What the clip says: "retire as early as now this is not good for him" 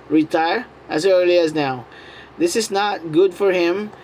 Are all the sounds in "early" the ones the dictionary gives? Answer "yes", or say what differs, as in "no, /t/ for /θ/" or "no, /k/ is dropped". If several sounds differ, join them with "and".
no, /l/ is dropped